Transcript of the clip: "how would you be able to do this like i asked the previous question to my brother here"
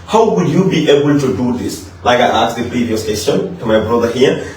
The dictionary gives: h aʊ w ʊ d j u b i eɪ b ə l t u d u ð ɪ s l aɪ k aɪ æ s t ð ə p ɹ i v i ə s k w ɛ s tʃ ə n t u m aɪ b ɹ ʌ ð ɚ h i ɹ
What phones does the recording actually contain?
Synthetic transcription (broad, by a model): h aʊ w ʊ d j u b i eɪ b ə l t u d u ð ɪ s l aɪ k aɪ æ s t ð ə p ɹ i v i ə s k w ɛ s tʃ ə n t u m aɪ b ɹ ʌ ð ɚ h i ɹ